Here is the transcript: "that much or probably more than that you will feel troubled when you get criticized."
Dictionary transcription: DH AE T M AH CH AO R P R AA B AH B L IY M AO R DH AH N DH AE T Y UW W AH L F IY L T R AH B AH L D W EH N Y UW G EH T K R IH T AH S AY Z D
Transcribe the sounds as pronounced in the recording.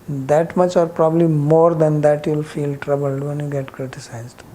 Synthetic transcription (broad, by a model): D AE T M AH CH AO R P R AA B AH B L IY M AO R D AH N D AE T Y UW L F IY L T R AH B AH L D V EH N Y UW G EH T K R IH T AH S AY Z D